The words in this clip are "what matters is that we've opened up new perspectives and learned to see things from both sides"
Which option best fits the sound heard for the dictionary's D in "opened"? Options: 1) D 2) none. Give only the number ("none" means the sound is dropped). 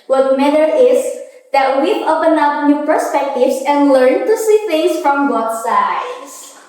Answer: 2